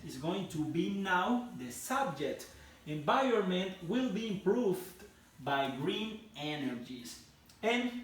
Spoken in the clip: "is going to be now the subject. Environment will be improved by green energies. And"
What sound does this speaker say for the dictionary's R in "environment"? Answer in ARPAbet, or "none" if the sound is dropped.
none